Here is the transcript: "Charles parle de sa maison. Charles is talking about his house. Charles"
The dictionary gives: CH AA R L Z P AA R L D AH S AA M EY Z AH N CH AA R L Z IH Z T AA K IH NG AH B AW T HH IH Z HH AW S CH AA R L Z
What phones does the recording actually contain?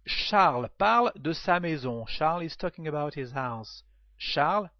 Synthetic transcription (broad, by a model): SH AA R L P AA R L D AH S AA M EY Z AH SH AA R L IH Z T AA K IH NG AH B AW T HH IH Z HH AW S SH AA R L